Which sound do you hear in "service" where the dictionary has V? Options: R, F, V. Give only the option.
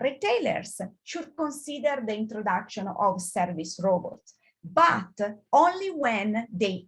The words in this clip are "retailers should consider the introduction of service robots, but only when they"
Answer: V